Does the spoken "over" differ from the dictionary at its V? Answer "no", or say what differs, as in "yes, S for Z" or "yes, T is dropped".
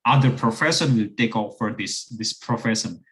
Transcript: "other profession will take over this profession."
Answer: yes, F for V